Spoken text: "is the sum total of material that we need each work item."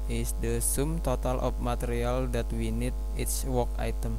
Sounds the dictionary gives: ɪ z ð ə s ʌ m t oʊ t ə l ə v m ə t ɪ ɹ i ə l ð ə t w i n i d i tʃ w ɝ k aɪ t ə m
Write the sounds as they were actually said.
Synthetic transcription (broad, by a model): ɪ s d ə s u m t oʊ t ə l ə f m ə t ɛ ɹ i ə l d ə t w i n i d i s w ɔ k aɪ t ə m